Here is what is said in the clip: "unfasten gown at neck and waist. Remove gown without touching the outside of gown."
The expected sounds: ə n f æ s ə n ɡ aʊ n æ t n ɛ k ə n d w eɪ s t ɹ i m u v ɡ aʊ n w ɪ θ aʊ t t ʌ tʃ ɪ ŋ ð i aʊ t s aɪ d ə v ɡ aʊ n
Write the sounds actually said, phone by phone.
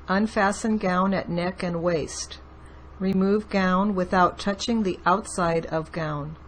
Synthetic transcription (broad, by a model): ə n f æ s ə n ɡ aʊ n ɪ t n ɛ k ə n w eɪ s t ɹ i m u v ɡ aʊ n w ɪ θ aʊ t t ʌ tʃ ɪ ŋ ð i aʊ t s aɪ d ə v ɡ aʊ n